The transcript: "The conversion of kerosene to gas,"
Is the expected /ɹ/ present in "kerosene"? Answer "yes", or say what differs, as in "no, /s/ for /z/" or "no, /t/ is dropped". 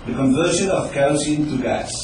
no, /ɹ/ is dropped